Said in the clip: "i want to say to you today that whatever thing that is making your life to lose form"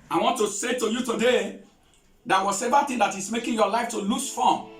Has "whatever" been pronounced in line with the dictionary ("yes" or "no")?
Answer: no